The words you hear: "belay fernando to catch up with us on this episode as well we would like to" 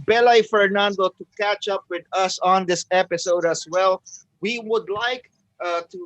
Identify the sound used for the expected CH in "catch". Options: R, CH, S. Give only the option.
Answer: CH